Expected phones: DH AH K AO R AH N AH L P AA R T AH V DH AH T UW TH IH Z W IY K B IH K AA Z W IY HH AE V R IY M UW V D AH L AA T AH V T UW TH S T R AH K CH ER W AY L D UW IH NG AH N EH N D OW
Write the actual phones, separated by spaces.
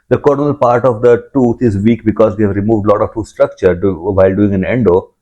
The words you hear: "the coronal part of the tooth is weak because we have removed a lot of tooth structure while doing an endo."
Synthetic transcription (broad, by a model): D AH K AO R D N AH L P AA R T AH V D AH T UW T IH Z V IY K B IH K AA Z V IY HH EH V R IY M UW V D L AA T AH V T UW S T R AH K CH ER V AY L D UW IH NG AH N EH N D OW